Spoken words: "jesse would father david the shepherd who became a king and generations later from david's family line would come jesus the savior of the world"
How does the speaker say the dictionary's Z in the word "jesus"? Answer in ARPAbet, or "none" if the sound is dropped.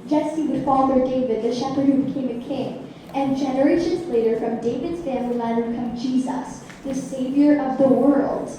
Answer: Z